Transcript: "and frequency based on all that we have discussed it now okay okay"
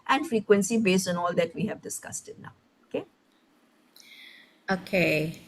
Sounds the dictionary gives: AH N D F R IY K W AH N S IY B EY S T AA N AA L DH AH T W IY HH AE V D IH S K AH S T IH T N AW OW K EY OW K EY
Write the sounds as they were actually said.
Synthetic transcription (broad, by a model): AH N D F R IY K W AH N S IY B EY S T AA N AA L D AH T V IY HH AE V D IH S K AH S T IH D N AW OW K EY OW K EY